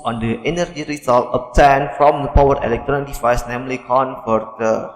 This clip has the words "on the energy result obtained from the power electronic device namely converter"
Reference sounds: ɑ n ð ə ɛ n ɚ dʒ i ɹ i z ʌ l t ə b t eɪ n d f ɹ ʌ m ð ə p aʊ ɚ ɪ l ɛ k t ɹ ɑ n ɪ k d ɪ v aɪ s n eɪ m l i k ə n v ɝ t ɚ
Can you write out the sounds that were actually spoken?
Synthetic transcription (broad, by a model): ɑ n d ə ɛ n ɚ dʒ i ɹ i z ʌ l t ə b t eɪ n f ɹ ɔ m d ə p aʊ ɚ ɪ l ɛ k t ɹ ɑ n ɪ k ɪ f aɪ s n eɪ m l i k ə n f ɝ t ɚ